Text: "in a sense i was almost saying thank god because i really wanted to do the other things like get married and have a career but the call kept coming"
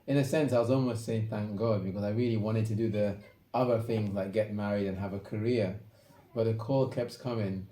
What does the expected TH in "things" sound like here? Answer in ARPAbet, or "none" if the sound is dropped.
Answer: TH